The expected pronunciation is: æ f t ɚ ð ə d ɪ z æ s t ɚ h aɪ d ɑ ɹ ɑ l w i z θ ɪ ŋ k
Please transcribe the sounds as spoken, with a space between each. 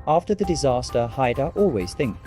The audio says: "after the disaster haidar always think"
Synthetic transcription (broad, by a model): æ f t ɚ ð ə d ɪ z æ s t ɚ h aɪ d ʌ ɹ ɑ l w i z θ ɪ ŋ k